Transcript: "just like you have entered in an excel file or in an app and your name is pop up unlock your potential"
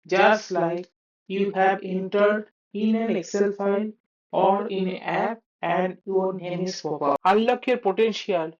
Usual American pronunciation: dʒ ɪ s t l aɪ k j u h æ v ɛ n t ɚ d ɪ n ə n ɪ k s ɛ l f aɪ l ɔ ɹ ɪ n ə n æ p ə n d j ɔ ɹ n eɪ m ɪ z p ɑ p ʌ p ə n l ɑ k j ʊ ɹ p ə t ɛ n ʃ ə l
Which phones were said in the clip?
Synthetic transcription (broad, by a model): dʒ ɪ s t l aɪ k j u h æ b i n t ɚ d ɪ n ə n ɪ k s ɛ l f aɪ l ɔ ɹ ɪ n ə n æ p ə n d j ɔ ɹ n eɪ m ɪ s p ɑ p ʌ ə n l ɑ k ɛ ɹ p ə t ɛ n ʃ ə l